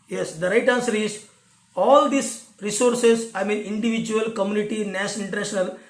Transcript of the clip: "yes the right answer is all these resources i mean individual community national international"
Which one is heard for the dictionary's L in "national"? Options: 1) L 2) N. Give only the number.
2